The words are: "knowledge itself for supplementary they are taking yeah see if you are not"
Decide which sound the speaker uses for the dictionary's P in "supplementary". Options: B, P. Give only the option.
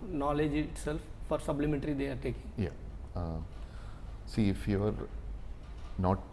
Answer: B